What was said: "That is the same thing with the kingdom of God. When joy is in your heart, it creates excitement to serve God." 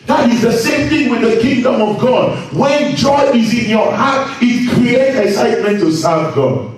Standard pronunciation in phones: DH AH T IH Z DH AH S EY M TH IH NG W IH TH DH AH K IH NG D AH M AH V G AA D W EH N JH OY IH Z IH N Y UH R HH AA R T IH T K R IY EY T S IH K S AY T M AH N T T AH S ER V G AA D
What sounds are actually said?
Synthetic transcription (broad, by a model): DH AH T IH Z DH AH S EY M TH IH NG W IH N DH AH K IH NG D AH M AH V G AA D W EH N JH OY IH Z IH N Y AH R HH AA R T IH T K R IY EY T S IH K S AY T M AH N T T AH S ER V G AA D